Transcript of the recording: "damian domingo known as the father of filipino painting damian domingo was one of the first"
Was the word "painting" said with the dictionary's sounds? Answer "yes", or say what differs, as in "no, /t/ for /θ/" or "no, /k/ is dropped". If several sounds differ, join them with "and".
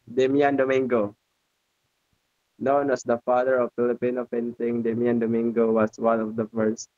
no, /f/ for /p/